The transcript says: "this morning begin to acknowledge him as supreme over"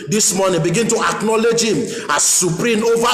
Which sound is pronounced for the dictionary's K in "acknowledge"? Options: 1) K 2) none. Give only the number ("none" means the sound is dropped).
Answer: 1